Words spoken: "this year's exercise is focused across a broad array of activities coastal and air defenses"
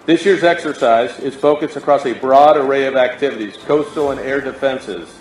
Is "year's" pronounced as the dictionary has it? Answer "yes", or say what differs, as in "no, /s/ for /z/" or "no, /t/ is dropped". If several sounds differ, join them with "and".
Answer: yes